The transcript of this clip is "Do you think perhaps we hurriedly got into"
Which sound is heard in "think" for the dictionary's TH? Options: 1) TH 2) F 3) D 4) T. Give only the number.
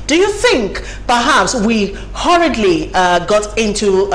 1